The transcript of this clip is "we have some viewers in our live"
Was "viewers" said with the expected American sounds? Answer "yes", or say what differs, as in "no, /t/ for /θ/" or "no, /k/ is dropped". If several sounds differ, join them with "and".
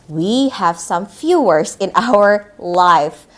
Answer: no, /f/ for /v/